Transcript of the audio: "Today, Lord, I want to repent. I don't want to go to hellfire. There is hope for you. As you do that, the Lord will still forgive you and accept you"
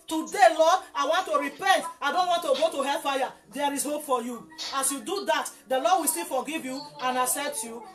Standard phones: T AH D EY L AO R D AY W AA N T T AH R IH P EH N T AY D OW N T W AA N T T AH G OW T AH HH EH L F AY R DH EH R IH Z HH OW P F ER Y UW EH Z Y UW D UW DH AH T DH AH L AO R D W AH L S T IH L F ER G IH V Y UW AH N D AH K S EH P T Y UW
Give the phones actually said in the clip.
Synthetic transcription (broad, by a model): T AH D EY L AO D AY W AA N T T AH R IH P EH N T AY D OW N T W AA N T T AH G OW T AH HH EH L F AY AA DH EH R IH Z HH OW P F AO Y UW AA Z Y UW D UW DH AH T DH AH L AO D W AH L S T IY L F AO G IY V Y UW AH N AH S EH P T Y UW